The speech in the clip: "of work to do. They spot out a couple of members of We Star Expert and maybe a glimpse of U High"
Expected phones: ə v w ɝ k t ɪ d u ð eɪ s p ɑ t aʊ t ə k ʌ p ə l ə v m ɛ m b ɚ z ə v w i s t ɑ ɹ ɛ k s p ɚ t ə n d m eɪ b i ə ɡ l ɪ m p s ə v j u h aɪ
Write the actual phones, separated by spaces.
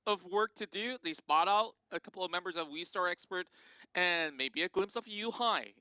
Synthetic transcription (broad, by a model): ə v w ɝ k t ɪ d u ð eɪ s p ɑ t aʊ t ə k ʌ p l ə v m ɛ m b ɚ z ə v w i s t ɑ ɹ ɛ k s p ɚ t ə n m eɪ b i ə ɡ l ɪ m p s ə v j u h aɪ